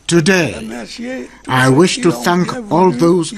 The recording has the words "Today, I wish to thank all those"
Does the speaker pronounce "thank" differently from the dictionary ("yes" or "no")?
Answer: no